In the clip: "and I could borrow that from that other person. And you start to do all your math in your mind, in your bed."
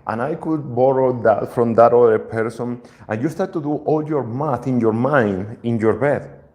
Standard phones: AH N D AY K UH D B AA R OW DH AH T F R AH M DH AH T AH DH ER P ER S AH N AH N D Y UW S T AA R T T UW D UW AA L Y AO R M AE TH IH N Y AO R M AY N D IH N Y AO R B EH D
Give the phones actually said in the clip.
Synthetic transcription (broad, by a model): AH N AY K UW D B AA R OW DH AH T F R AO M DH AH T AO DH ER P ER S AH N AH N Y UW S T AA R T T UW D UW AA L Y AO R M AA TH IH N Y AO R M AY N D IH N Y AO R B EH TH